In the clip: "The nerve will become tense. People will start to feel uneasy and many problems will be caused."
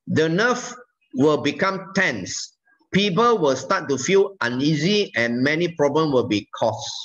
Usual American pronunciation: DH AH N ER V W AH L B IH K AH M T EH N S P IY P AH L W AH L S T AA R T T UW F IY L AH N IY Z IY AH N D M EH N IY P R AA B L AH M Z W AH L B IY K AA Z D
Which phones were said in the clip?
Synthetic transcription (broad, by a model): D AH N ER F W AH L B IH K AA M T EH N S P IY P AH L W AH L S T AA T T UW F IY L AH N IY Z IY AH N M EH N IY P R AA B L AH M W AH L B IY K AA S